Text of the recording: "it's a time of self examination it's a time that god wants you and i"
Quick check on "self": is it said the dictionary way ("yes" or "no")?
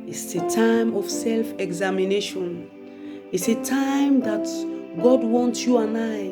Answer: yes